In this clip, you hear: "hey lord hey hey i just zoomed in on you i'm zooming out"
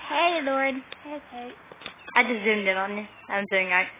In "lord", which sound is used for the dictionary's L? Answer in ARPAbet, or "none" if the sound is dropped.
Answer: L